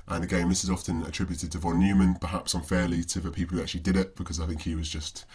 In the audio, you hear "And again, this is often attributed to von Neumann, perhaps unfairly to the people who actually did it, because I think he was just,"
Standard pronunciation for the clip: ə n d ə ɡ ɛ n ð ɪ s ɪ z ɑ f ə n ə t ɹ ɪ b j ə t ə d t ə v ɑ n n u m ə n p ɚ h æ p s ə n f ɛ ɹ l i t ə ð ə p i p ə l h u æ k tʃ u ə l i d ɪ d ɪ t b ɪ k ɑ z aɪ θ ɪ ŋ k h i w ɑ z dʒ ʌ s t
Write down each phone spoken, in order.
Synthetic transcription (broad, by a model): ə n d ə ɡ ɛ n ð ɪ s ɪ z ɑ f ə n ə t ɹ ɪ b j ə t ə d t ə v ɑ n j u m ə n p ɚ h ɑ p s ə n f ɛ l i t ə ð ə p i p l h u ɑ k tʃ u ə l i d ɪ d ɪ t b ɪ k ɑ z aɪ θ ɪ ŋ k h i w ɑ z dʒ ʌ s t